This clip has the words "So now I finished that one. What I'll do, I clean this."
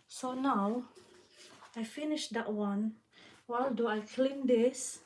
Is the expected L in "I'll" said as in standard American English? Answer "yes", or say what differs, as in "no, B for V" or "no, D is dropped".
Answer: yes